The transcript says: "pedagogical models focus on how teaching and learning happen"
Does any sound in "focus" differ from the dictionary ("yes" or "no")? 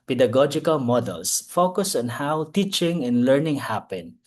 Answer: no